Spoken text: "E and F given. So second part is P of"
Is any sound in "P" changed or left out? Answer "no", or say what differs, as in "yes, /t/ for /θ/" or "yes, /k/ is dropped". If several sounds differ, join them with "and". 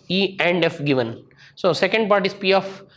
no